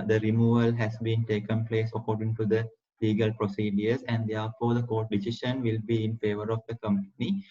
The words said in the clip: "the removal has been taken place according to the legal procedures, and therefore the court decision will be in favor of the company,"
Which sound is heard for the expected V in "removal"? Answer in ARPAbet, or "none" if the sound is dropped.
V